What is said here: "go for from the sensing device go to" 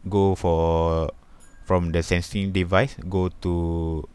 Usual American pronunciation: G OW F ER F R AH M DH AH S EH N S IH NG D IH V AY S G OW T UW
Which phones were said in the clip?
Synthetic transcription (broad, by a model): G OW F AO F R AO M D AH S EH N S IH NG D IH V AY S G OW T UW